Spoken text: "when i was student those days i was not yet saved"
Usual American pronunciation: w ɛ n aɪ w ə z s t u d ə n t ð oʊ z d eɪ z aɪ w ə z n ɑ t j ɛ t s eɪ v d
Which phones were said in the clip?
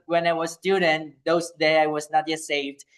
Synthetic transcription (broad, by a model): w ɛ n aɪ w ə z s t u d ə n t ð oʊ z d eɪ aɪ w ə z n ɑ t j ɛ t s eɪ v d